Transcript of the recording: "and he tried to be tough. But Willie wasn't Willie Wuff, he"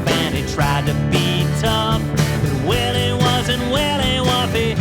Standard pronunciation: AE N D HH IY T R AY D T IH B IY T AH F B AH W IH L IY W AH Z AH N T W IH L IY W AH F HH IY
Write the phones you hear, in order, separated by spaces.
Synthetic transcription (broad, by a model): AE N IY T R AY D T IH B IY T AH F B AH W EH L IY W AH Z AH N T W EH L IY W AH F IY